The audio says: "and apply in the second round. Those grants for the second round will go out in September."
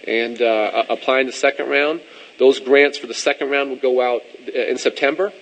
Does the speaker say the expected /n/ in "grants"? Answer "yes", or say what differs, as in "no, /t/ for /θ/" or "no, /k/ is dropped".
yes